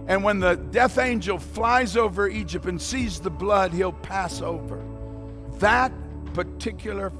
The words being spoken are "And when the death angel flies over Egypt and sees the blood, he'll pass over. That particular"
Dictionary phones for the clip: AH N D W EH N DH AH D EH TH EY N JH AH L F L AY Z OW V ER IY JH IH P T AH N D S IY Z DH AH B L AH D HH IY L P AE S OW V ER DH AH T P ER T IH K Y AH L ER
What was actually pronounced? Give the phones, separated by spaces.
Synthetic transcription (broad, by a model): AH N W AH N DH AH D EH TH EY N JH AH L F L AY Z OW V ER IY JH IH P T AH N S IY Z DH AH B L AH D HH IY L P AE S OW V ER DH AH T P ER T IH K Y L ER